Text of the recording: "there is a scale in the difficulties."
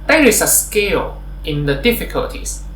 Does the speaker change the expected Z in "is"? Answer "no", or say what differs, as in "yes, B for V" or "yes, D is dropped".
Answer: yes, S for Z